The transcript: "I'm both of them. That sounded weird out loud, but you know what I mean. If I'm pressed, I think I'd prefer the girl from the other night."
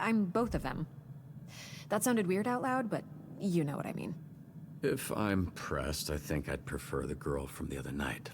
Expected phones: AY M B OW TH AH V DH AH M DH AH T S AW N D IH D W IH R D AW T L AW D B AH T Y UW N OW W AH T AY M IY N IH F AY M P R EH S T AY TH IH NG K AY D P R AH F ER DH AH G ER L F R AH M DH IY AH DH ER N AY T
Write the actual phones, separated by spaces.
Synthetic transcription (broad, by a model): AY M B OW TH AH V DH AH M DH AH T S AW N D IH D W IH R D AW T L AW D B AH T Y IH N OW W AH T AY M IY N IH F AY M P R EH S T AY TH IH NG K AY D P R AH F ER DH AH G ER L F R AH M DH IY AH DH ER N AY T